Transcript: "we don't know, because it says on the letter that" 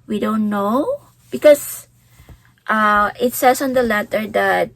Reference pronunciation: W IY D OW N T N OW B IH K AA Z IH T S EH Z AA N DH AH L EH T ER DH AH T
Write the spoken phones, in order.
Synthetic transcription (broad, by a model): W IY D OW N T N OW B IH K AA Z IH T S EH S AA N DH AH L EH T ER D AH T